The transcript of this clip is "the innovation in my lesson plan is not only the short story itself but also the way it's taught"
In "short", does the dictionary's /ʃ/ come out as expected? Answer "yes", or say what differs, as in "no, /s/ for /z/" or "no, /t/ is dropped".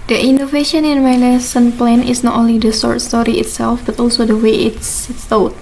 no, /s/ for /ʃ/